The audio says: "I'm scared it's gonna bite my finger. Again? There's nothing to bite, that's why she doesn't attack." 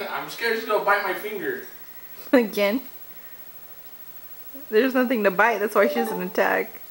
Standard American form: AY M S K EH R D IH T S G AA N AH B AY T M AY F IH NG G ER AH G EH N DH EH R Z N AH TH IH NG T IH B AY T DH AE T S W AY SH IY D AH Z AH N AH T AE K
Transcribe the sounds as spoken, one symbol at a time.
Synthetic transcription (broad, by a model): AY M S K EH R IH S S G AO AH B AY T M AY F IH NG G ER AH G EH N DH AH R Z N AH TH IH NG T IH B AY T DH AE T S W AY SH IY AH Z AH N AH T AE K